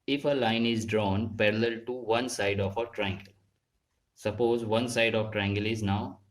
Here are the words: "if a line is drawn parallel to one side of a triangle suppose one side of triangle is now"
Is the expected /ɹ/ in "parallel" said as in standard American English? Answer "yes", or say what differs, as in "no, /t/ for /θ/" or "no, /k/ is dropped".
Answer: yes